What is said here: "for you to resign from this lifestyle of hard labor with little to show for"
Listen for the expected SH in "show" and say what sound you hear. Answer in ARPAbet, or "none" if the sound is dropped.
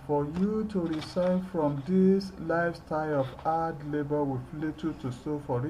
S